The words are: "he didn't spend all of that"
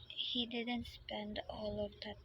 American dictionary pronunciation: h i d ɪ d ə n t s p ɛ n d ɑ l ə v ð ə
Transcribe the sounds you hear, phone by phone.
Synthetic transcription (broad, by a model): h i d ɪ d ə n t s p ɛ n d ɑ l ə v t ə